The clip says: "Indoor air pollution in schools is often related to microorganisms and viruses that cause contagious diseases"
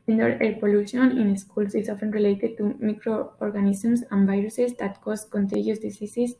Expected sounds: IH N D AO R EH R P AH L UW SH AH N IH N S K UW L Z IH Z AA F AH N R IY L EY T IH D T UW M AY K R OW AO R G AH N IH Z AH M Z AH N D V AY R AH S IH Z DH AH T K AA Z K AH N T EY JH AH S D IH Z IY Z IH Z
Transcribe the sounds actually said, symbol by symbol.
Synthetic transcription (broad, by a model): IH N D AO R EH R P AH L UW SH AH N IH N S K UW L S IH S AA F AH N R IY L EY T IH D T UW M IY K R OW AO R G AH N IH S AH M S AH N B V AY R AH S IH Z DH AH T K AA S K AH N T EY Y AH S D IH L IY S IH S